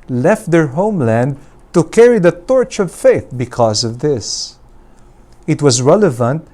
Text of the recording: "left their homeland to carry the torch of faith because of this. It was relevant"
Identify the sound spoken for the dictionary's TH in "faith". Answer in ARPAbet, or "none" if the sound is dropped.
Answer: TH